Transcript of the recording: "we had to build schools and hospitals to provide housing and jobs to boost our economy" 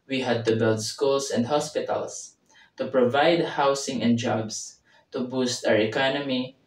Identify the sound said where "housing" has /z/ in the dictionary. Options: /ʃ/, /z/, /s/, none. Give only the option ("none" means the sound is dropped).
/s/